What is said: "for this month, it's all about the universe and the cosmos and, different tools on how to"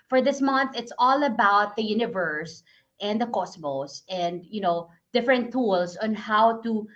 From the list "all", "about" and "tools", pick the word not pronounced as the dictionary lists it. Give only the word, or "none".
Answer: tools